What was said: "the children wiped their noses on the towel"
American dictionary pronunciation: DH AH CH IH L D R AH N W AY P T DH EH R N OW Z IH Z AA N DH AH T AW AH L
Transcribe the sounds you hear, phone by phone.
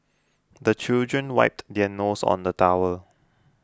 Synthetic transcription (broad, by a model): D AH CH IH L D R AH N W AY P T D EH N OW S AA N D AH T AW AH L